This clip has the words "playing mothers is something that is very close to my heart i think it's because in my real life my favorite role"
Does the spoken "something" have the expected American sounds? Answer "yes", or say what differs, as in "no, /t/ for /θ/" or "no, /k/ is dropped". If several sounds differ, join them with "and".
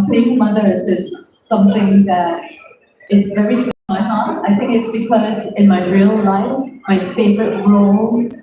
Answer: yes